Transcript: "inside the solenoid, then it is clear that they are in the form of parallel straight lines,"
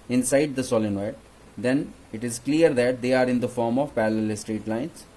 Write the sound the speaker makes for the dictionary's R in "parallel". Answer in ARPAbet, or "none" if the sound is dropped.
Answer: L